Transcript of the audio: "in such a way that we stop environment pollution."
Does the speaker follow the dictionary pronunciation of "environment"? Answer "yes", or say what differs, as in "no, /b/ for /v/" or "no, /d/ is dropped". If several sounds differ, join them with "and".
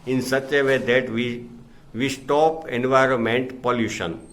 yes